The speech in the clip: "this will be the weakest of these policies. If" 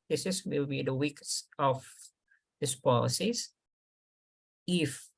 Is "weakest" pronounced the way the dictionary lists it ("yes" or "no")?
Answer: no